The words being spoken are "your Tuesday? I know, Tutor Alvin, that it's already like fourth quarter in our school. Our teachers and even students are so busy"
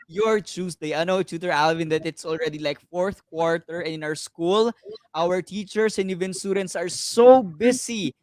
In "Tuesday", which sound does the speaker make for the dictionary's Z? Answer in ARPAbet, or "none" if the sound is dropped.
S